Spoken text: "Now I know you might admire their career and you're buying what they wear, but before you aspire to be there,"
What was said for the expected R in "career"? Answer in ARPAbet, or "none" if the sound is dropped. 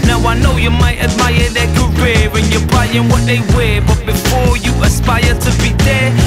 W